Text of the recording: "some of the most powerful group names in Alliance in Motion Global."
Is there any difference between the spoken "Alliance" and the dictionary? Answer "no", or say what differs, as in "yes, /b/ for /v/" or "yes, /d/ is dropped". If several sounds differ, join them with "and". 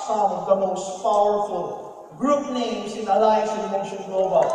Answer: yes, /n/ is dropped